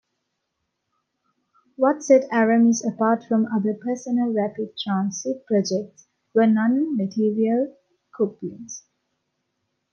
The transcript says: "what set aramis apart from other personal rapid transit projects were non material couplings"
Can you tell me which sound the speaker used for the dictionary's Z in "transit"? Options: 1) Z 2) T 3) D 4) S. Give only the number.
4